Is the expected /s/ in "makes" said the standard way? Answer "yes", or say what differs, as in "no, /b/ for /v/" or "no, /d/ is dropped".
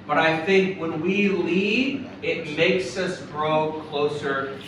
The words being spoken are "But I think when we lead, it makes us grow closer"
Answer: yes